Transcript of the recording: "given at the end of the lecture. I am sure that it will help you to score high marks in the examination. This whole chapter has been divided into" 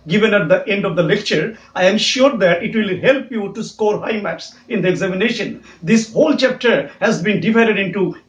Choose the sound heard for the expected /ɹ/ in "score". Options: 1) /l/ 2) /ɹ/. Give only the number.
2